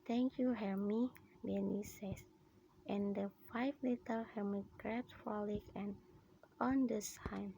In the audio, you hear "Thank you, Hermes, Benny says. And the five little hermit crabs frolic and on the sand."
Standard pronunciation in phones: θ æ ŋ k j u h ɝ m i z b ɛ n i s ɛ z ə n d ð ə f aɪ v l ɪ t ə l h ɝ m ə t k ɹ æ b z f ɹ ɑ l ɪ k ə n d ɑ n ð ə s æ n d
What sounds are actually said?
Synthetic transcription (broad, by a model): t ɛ ŋ k j u h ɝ m i b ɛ n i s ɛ s ə n d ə f aɪ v l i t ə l h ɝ m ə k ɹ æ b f ɑ l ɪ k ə n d ɑ n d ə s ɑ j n